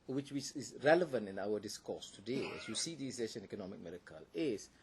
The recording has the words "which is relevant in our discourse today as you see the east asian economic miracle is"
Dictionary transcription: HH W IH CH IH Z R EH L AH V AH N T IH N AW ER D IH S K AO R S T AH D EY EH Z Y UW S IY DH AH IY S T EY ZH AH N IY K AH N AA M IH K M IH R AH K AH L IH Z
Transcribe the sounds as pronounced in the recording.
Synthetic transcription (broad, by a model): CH W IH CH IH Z R EH L AH V AH N T IH N AW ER D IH S K AO S T AH D EY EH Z Y UW S IY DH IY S EY SH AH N IY K AH N AA M IH K M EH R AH K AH L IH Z